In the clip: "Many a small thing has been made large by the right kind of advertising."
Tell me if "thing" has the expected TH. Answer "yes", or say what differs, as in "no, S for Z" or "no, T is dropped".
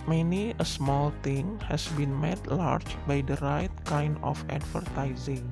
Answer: no, T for TH